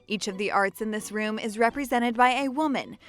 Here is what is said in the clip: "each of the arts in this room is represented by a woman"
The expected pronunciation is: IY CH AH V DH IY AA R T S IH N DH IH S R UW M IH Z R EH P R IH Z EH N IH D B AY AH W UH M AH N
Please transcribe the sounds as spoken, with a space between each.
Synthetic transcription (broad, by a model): IY CH AH V DH IY AA R T S IH N DH IH S R UW M IH Z R EH P R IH Z EH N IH D B AY AH W UH M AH N